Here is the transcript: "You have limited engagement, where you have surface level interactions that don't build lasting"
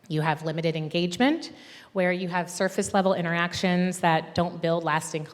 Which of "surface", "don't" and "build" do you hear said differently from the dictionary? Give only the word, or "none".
none